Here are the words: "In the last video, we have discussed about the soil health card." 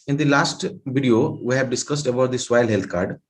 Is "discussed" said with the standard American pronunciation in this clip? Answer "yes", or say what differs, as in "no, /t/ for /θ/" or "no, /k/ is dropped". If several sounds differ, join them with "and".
yes